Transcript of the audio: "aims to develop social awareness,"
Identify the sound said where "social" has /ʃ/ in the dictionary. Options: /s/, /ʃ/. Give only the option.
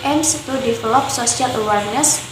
/s/